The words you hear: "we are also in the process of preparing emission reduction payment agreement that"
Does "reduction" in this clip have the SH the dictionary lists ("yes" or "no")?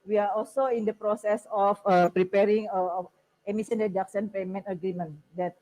no